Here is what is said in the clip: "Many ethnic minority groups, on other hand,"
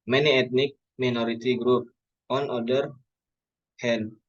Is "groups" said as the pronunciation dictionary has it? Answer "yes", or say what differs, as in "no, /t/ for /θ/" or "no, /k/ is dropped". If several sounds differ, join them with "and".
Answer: no, /s/ is dropped